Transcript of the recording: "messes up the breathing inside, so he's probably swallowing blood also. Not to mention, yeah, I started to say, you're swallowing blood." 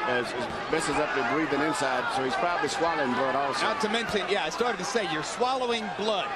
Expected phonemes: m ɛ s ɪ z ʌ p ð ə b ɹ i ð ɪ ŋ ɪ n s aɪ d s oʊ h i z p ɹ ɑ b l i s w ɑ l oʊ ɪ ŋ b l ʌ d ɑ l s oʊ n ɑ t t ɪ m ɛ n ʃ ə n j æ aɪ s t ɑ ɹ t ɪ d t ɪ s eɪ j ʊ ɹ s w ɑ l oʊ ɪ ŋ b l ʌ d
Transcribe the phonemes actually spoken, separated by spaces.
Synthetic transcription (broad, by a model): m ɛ s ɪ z ʌ p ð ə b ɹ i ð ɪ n ɪ n s aɪ d s oʊ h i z p ɹ ɑ b l i s w ɑ l oʊ ɪ ŋ b l ʌ d ɑ l s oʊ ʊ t t ɪ m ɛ n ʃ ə n j æ aɪ s t ɑ ɹ t ɪ d t ɪ s eɪ j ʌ ɹ s w ɑ l oʊ ɪ ŋ b l ʌ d